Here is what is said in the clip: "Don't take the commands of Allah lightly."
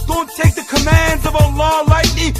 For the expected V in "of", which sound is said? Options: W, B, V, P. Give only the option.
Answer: V